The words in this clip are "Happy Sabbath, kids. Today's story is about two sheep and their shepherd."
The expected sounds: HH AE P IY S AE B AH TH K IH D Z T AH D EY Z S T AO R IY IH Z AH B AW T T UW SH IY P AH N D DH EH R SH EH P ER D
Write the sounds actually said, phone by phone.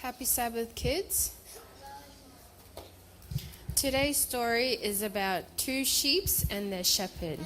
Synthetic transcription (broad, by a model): HH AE P IY S AE B AH TH K IH D Z T AH D EY Z S T AO R IY IH Z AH B AW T T UW SH IY P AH N DH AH SH EH P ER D